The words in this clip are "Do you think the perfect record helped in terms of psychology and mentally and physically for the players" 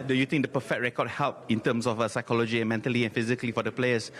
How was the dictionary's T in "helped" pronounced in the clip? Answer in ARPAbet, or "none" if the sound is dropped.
none